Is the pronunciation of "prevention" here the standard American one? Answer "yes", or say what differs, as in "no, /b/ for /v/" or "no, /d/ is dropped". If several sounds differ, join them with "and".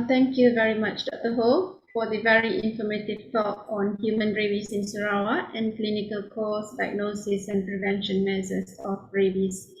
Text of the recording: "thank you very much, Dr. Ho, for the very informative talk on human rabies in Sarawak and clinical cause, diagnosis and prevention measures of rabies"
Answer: yes